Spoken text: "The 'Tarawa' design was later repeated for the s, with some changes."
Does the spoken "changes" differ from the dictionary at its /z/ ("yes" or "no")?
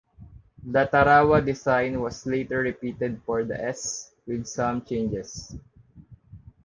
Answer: yes